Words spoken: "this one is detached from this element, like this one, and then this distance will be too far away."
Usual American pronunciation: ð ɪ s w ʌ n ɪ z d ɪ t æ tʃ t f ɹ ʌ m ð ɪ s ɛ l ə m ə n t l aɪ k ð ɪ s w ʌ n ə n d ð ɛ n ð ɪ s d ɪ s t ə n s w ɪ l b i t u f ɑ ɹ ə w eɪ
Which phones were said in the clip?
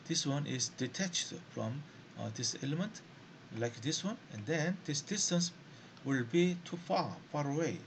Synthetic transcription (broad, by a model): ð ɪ s w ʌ n ɪ z d ɪ t æ tʃ t f ɹ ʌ m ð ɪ s ɛ l ə m ə n t l aɪ k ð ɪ s w ʌ n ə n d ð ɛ n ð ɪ s d ɪ s t ə n s w ɪ l b i t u f ɑ ɹ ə w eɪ